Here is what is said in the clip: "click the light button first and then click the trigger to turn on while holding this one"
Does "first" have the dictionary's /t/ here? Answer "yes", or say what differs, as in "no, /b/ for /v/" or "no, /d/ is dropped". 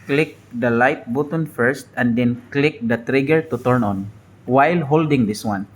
yes